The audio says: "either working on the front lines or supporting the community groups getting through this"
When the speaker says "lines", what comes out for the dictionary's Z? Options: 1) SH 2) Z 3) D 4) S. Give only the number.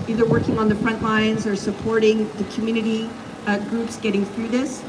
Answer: 2